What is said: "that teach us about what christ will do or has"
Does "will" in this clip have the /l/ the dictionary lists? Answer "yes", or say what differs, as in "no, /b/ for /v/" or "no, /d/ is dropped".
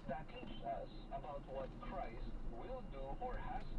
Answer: yes